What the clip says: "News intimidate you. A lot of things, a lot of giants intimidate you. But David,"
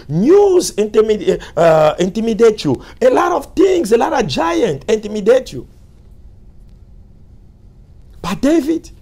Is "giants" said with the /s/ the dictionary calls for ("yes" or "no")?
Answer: no